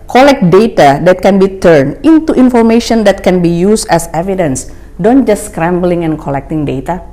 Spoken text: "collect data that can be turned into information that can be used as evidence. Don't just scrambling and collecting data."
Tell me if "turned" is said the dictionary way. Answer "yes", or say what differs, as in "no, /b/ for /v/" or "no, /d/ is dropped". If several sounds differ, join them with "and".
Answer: no, /d/ is dropped